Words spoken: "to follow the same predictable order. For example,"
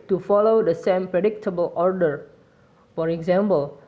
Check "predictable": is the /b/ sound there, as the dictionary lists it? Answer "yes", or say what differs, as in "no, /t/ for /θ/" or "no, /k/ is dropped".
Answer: yes